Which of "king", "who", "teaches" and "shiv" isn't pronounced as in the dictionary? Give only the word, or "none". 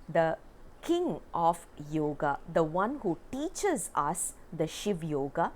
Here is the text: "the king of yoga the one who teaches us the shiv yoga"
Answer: none